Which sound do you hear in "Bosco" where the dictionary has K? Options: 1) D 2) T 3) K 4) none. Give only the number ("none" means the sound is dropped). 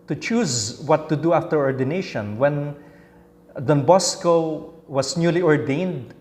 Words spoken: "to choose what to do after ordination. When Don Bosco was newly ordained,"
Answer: 3